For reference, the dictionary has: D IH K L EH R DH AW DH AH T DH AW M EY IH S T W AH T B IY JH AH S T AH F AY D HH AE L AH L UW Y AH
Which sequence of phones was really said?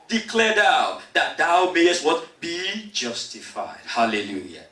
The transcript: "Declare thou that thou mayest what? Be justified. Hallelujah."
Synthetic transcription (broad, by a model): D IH K L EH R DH AW DH AH T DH AW M EY IH S T W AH T B IY JH AH S T AH F AY D HH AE L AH L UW Y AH